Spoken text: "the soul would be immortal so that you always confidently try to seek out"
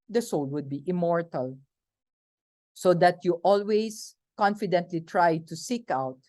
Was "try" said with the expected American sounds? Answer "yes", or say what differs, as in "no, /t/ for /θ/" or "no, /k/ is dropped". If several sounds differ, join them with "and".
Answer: yes